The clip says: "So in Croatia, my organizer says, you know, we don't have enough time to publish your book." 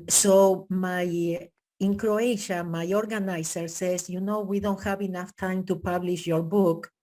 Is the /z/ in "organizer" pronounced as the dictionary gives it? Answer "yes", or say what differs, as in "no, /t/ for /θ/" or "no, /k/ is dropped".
no, /s/ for /z/